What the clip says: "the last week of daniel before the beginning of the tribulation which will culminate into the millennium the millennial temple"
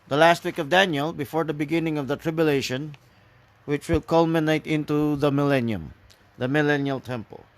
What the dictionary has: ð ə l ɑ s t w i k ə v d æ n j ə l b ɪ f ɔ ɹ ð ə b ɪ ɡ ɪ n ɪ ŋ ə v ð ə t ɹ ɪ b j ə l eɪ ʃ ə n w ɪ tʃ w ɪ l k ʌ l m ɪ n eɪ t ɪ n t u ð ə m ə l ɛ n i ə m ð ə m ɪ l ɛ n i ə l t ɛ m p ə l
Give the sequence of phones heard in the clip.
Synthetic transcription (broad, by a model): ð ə l ɑ s t w i k ə v d æ n j ə l b ɪ f ɔ ɹ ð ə b ɪ ɡ ɪ n ɪ ŋ ə v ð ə t ɹ ɪ b j ə l eɪ ʃ ə n w ɪ tʃ w ɪ l k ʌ l m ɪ n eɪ t ɪ n t u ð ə m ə l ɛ n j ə m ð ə m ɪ l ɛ n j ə l t ɛ m p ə l